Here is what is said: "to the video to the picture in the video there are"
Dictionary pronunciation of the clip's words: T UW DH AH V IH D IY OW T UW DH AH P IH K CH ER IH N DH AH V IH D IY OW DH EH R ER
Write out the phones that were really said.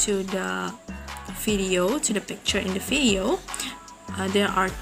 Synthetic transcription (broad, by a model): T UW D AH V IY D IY OW T UW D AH P IH K CH ER IH N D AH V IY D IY OW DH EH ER